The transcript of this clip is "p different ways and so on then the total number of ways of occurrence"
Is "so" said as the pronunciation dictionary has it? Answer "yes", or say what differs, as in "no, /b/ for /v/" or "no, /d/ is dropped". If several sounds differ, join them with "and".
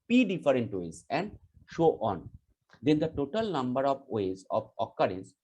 no, /ʃ/ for /s/